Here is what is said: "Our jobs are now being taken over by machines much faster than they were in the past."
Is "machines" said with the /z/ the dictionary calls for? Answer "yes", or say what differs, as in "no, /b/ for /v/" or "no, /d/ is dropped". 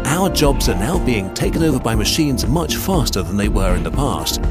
yes